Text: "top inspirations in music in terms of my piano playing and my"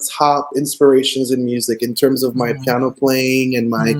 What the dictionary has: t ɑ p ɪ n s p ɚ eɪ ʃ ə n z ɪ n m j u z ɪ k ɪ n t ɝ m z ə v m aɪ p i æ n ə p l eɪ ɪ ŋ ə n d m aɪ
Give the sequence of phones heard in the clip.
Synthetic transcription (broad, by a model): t ɑ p ɪ n s p ɚ eɪ ʃ ə n z ɪ n m j u z ɪ k ɪ n t ɝ m z ə v m aɪ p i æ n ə p l eɪ ɪ ŋ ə n m aɪ